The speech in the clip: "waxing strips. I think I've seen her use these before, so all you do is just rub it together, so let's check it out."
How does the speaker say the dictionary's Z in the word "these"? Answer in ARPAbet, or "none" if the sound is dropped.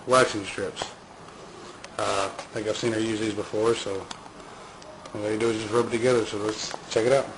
Z